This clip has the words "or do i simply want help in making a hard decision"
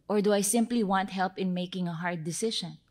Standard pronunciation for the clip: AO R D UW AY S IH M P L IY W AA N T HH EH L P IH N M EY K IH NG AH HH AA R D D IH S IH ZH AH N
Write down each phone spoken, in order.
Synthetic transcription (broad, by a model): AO R D UW AY S IH M P L IY W AA N T HH EH L P IH N M EY K IH NG AH HH AA R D D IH S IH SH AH N